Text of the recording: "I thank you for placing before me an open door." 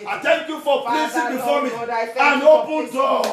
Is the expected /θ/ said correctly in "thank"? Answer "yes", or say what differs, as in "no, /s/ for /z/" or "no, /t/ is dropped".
no, /t/ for /θ/